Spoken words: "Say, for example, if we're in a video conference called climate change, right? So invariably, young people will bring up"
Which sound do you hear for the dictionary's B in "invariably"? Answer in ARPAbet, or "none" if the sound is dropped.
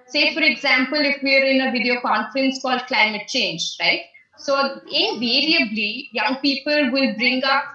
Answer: B